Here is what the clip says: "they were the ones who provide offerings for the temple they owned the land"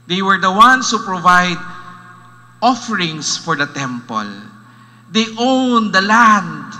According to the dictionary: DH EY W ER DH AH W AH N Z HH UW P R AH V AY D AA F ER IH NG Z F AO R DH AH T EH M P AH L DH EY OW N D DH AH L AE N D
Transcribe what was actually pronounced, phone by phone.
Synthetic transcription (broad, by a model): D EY W ER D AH W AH N S HH UW P R AH V AY D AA F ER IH NG S F AO R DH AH T EH M P AH L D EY OW N D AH L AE N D